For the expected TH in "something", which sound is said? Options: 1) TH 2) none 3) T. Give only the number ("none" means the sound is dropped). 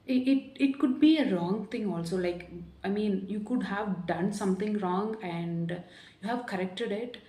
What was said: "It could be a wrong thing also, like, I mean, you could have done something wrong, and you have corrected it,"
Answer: 3